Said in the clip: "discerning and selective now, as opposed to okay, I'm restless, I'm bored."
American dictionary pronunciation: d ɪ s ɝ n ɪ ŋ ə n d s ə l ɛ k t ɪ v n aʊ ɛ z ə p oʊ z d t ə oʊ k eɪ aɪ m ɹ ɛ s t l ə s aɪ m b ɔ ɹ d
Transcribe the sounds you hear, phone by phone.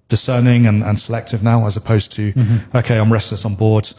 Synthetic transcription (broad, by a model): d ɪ s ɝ n ɪ ŋ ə n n s ə l ɛ k t ɪ v n aʊ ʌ z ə p oʊ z t ə oʊ k eɪ aɪ m ɹ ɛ s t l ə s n b ɔ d